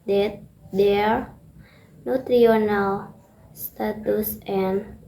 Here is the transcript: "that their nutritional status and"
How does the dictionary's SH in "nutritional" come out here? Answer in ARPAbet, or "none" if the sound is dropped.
none